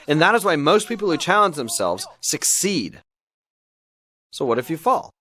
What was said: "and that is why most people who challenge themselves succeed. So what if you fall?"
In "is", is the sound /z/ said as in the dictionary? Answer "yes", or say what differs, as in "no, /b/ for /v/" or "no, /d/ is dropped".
yes